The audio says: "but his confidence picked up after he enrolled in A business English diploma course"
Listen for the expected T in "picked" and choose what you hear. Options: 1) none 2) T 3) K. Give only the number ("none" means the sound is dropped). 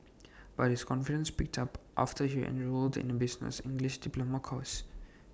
2